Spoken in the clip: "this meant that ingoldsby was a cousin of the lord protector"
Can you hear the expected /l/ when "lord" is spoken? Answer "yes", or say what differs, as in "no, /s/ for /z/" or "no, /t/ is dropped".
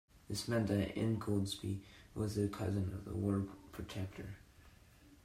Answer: no, /w/ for /l/